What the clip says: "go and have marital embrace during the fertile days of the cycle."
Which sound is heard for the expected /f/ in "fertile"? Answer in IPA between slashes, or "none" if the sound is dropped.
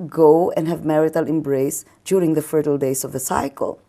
/f/